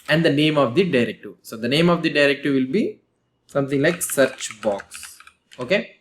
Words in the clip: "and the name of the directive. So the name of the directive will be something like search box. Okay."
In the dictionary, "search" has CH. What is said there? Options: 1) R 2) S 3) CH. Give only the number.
3